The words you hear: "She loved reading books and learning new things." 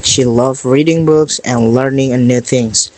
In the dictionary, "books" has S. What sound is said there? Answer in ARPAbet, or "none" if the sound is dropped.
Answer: S